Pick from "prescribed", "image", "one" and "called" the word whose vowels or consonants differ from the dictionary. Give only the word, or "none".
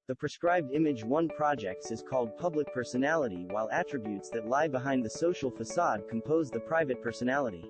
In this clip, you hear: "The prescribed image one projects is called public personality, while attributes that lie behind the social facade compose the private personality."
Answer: none